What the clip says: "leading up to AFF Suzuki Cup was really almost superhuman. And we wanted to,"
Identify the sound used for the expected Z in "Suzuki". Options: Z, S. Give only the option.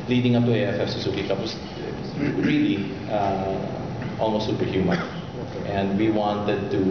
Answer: S